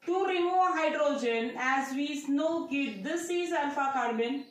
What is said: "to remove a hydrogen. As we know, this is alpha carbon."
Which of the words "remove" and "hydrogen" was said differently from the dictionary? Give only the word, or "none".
none